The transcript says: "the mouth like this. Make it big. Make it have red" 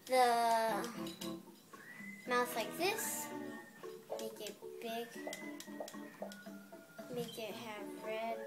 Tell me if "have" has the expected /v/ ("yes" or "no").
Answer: no